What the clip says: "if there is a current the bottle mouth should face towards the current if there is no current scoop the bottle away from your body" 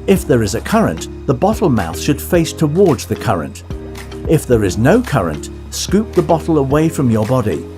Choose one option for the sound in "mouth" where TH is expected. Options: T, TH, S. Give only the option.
TH